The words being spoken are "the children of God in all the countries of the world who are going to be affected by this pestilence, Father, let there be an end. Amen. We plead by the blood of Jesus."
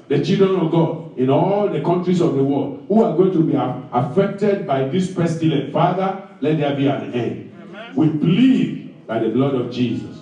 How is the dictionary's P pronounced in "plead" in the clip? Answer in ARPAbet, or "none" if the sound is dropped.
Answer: B